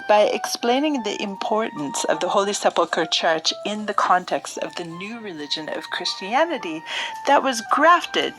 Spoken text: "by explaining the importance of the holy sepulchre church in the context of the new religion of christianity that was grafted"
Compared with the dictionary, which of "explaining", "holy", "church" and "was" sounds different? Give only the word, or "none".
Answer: none